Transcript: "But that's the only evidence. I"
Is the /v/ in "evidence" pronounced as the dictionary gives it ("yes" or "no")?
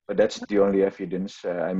no